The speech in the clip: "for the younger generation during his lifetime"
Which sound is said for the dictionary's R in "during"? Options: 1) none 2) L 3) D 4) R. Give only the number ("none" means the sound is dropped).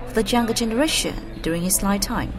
4